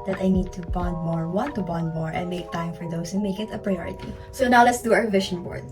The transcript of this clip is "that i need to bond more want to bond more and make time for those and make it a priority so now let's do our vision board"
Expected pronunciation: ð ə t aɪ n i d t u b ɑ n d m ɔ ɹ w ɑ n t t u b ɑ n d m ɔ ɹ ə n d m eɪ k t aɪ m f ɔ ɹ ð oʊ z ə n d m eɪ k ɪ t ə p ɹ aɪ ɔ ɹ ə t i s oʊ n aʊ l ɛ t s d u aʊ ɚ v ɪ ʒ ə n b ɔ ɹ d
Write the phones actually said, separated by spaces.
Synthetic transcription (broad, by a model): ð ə t aɪ n i d t u b ɑ n d m ɔ ɹ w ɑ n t t u b ɑ n d m ɔ ɹ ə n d m eɪ k t aɪ m f ɔ ɹ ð oʊ ə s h m eɪ k ɪ t ə p ɹ aɪ ɔ ɹ ə t i s oʊ n aʊ l ɛ t s d u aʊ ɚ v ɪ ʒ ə n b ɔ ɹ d